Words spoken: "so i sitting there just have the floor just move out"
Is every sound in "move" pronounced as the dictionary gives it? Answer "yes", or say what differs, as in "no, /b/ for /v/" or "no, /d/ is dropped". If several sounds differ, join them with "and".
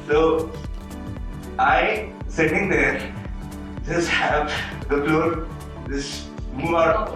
no, /v/ is dropped